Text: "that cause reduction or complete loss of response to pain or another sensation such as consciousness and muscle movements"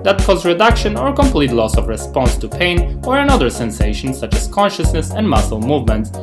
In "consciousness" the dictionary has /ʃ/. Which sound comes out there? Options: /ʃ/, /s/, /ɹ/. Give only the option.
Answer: /ʃ/